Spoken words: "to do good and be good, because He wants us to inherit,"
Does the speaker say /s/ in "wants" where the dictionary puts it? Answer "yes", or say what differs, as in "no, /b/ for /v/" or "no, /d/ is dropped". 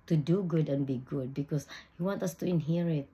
no, /s/ is dropped